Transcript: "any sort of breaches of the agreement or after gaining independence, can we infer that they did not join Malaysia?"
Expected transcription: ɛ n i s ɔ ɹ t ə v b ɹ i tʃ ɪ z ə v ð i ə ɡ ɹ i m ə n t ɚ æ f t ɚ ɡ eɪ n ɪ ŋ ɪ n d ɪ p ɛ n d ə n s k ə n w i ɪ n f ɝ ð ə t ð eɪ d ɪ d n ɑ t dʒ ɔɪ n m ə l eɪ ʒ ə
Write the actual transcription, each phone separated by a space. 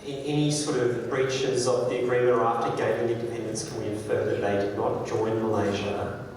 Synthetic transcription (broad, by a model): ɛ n i s ɔ ɹ t ə v b ɹ i tʃ ɪ z ə v ð i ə ɡ ɹ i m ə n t ɚ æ f t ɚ ɡ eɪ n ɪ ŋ ɪ n d ɪ p ɛ n d ə n s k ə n w i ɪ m f ɝ ð ə t ð eɪ d ɪ d n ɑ t dʒ ɔɪ n m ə l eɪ ʒ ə